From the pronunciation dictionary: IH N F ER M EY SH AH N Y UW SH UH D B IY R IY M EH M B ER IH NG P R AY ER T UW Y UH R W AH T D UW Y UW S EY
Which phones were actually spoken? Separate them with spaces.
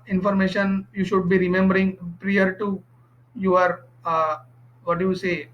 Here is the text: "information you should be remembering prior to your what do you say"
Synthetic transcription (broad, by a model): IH N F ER M EY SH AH N Y UW SH UH D B IY R IY M EH M B ER IH NG P R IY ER T UW Y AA R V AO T D UW Y UW S EY